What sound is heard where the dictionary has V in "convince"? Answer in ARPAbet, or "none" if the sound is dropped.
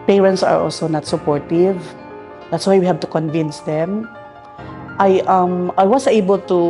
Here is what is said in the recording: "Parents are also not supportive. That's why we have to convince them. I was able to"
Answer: V